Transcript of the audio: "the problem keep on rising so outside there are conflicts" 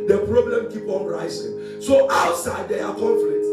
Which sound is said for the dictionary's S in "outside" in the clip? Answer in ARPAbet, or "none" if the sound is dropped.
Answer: S